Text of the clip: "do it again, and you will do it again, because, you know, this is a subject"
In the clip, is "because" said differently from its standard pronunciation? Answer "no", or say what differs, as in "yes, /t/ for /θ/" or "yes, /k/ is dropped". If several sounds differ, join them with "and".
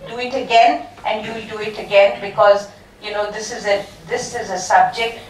no